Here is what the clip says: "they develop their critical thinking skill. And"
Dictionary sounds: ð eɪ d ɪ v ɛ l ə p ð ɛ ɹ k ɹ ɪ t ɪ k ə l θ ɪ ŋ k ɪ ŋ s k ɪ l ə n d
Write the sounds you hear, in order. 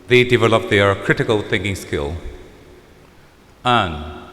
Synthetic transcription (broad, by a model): ð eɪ d ɪ v ɛ l ə p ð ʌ ɹ k ɹ ɪ t ɪ k ə l θ ɪ ŋ k ɪ ŋ s k ɪ l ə n